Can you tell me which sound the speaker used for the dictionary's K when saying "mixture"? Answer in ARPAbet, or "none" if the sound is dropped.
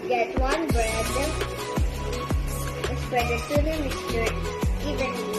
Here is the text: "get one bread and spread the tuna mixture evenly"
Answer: none